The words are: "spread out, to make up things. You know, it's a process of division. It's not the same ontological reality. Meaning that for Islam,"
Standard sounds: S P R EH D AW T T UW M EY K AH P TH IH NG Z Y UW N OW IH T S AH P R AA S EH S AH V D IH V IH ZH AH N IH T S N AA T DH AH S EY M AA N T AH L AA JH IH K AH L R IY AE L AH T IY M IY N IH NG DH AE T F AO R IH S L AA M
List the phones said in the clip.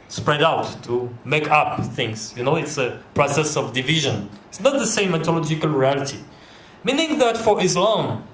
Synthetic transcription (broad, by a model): S P R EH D AW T T UW M EY K AH P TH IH NG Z Y UW N OW IH T S AH P R AA S EH S AH V D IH V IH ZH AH N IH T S N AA T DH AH S EY M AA T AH L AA JH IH K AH L R IY AE L AH T IY M IY N IH NG DH AE T F AO R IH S L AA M